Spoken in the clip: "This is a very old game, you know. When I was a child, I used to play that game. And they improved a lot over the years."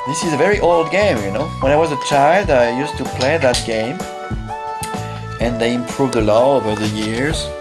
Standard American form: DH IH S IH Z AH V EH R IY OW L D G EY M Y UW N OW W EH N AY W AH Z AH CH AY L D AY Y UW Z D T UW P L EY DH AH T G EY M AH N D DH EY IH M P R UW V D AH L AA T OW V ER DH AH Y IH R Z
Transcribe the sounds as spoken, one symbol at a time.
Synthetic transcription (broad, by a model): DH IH S IH Z AH V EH R IY OW L D G EY M Y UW N OW W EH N AY W AH Z AH CH AY L D AY Y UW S T UW P L EY DH AH T G EY M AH N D DH EY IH M P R UW V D AH L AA OW V ER DH AH Y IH R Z